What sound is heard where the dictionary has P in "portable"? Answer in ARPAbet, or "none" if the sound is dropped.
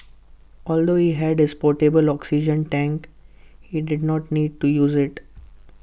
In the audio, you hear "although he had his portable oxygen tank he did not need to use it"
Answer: P